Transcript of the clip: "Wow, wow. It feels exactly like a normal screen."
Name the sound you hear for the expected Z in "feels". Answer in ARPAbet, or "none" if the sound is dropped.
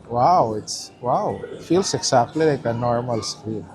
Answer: S